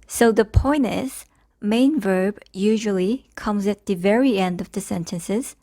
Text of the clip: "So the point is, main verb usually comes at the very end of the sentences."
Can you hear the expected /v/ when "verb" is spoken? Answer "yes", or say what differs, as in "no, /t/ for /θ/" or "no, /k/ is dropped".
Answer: yes